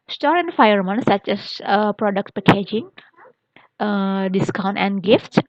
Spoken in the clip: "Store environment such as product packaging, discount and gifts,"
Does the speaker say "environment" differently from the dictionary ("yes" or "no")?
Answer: yes